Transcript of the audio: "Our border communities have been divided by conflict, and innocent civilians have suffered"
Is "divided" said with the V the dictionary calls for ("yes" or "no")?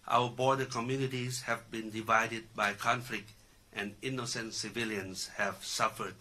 yes